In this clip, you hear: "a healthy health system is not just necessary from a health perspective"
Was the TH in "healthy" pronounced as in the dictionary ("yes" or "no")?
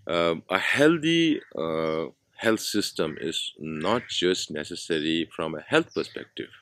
no